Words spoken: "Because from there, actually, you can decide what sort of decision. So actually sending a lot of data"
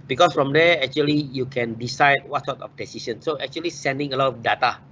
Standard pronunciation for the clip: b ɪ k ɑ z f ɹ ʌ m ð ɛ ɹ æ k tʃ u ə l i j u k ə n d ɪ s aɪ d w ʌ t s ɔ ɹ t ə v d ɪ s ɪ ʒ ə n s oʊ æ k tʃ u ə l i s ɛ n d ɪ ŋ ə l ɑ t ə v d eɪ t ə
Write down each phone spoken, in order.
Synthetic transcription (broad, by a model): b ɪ k ɑ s f ɹ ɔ m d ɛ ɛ k tʃ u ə l i j u k ə n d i s aɪ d w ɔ t s ɔ t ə f d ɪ s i s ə n s oʊ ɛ k tʃ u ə l i s ɛ n d ɪ ŋ ə l ɑ t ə f d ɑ t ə